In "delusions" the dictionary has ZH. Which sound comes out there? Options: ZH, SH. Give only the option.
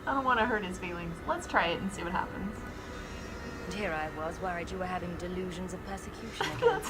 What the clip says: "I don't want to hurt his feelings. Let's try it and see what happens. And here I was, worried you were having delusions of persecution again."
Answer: ZH